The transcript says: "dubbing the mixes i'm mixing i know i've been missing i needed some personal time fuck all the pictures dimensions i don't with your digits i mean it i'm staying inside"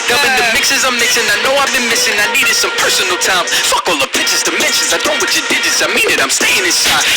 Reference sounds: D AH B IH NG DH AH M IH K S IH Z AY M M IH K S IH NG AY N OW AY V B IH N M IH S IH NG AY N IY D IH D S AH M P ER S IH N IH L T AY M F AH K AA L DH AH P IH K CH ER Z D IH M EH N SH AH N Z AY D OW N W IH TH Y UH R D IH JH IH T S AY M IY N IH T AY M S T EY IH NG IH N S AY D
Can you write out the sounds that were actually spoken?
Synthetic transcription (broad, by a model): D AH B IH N DH AH M IH K S IH Z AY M M IH K S IH NG AY N OW AY V B IH N M IH S IH NG AY N IY D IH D S AH M P ER S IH N L T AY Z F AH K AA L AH P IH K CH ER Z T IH M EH N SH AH N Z AY D OW N W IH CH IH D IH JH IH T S AY M IY N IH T AY M S T EY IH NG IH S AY